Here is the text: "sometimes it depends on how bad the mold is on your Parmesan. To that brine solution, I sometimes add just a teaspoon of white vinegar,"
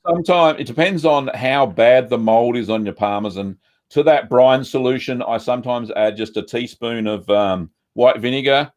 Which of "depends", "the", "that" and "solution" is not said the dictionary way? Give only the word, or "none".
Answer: none